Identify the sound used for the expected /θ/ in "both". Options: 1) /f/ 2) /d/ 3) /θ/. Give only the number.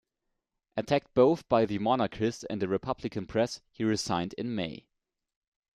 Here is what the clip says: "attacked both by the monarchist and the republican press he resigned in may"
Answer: 3